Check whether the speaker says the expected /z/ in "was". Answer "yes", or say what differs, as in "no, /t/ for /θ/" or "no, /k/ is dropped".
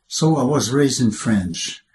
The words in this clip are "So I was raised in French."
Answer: yes